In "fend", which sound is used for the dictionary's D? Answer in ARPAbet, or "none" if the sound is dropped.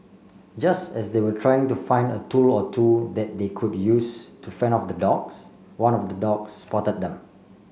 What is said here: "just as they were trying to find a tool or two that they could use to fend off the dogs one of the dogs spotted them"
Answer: none